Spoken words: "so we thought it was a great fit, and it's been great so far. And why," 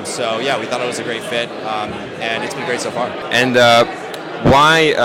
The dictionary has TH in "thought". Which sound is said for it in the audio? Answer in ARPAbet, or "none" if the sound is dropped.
TH